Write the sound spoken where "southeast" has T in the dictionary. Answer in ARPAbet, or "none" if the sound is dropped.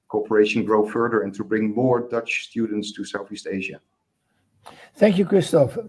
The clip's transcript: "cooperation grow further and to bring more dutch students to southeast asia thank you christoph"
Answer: T